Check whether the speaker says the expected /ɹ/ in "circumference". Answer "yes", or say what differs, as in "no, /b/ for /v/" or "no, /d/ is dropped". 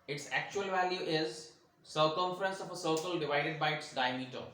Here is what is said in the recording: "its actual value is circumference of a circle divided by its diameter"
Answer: yes